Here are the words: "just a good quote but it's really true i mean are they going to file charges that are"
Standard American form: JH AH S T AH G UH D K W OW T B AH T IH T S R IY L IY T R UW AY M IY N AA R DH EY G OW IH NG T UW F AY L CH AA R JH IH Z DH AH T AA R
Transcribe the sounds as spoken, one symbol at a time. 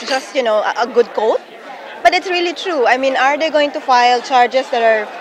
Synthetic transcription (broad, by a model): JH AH S T AH G UH D K OW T B AH T IH T S R IY L IY T R UW AY M IY N AA R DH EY G OW IH NG T UW F AY L CH AA R JH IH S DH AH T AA R